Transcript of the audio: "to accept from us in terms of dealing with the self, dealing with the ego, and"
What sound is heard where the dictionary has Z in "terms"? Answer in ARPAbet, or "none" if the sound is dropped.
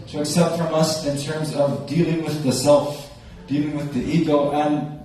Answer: Z